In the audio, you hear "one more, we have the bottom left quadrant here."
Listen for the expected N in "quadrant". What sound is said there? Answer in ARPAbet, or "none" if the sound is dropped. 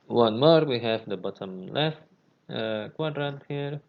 none